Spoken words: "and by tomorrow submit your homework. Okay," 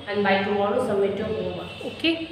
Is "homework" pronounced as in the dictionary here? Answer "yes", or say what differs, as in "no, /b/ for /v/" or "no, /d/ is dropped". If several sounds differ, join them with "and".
no, /k/ is dropped